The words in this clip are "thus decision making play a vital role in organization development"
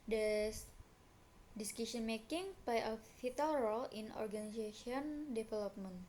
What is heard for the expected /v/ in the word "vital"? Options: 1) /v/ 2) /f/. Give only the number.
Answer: 2